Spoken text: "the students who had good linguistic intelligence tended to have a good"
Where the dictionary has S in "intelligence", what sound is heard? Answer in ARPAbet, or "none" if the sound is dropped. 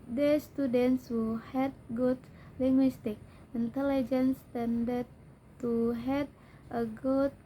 S